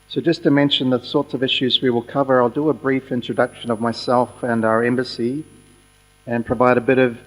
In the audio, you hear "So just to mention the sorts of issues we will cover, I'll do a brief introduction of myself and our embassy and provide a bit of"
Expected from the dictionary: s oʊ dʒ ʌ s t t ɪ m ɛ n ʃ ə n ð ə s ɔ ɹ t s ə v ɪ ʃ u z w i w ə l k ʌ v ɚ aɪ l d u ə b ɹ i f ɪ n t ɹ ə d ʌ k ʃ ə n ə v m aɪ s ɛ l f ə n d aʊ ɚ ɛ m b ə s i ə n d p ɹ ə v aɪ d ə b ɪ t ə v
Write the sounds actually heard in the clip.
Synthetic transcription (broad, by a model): s oʊ dʒ ʌ s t t ɪ m ɛ n ʃ ə n ð ə s ɔ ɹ t s ə v ɪ ʃ u z w i w ə l k ʌ v ɚ aɪ l d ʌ ə b ɹ i f ɪ n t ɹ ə d ʌ k ʃ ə n ə v m aɪ s ɛ l f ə n aʊ ɚ ɛ m b ə s i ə n p ɹ ə v aɪ d ə b ɪ t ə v